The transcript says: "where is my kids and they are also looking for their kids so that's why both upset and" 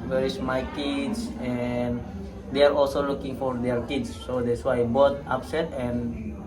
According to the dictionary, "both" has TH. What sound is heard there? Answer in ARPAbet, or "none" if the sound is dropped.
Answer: T